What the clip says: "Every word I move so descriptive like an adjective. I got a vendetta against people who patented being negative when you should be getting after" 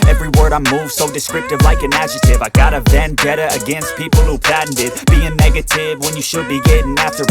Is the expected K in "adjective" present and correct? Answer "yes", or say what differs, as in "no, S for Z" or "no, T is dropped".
no, K is dropped